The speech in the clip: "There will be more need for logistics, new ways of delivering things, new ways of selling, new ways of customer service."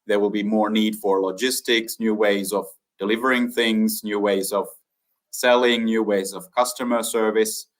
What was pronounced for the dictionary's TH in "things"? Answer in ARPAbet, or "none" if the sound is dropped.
TH